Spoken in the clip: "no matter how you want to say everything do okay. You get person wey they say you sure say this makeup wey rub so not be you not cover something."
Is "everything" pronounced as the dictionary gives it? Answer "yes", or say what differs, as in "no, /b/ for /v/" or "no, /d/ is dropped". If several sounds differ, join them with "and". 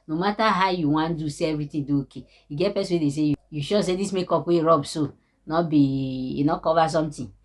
no, /t/ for /θ/